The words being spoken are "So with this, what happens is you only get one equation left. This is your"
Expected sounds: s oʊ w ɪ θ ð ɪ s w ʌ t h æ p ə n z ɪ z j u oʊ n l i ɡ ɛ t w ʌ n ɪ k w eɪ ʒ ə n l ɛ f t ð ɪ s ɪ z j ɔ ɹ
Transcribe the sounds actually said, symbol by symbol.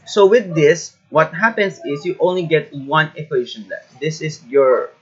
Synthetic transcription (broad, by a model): s oʊ w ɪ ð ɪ s w ʌ t h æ p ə n s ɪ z j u oʊ n l i ɡ ɛ t w ʌ n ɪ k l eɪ ʃ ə n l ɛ t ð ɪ s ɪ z j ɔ ɹ